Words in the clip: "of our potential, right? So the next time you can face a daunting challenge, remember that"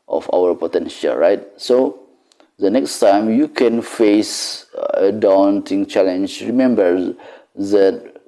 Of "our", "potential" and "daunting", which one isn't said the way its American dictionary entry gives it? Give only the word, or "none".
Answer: none